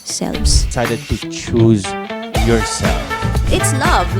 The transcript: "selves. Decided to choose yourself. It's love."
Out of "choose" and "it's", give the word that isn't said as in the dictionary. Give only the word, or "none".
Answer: none